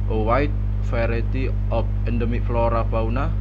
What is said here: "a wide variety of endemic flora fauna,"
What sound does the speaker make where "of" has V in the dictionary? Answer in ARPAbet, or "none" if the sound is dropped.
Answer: P